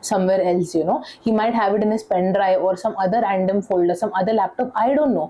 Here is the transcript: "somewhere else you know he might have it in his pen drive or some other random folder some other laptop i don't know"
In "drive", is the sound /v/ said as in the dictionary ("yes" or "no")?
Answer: no